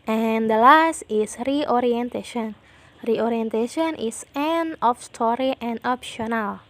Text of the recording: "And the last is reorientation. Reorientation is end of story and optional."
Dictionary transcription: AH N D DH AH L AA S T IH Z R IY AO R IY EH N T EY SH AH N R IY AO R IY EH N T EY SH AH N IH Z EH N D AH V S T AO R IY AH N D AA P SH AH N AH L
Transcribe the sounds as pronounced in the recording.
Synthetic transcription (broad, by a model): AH N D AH L AA S T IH S R IY AO R IY EH N T EY SH AH N R IY AO R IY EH N T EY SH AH N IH S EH N AH F S T AO R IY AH N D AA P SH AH N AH L